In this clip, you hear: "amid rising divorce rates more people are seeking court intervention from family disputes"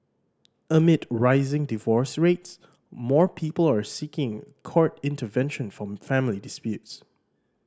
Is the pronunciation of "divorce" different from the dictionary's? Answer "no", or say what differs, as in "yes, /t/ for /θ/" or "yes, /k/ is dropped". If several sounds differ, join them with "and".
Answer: no